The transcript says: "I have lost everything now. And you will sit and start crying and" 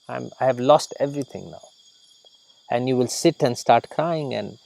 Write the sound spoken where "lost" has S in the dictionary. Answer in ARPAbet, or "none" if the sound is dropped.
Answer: S